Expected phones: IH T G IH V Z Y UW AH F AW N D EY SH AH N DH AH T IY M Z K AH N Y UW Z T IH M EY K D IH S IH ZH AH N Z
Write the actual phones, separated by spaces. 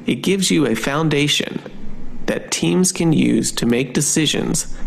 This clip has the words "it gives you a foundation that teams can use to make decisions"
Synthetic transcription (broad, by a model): IH T G IH V Z Y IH AH F AW N D EY SH AH N DH AH T IY M Z K AH N Y UW Z T IH M EY K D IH S IH ZH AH N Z